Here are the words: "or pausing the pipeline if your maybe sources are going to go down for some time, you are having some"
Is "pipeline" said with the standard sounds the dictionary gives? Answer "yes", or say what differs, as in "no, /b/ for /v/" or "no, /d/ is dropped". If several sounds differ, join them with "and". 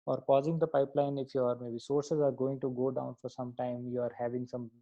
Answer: yes